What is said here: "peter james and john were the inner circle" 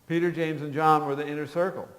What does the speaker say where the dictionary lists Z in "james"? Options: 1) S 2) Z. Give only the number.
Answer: 2